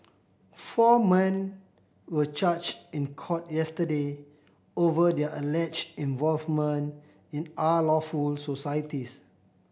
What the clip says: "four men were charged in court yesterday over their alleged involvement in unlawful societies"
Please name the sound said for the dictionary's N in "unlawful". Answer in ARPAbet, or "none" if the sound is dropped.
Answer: none